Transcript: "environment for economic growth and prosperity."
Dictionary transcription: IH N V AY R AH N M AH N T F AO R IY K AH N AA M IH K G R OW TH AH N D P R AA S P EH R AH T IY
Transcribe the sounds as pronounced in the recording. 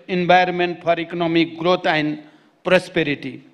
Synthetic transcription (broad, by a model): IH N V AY R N M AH N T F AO R IY K AH N AA M IH K G R OW T AH N D P R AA S P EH R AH T IY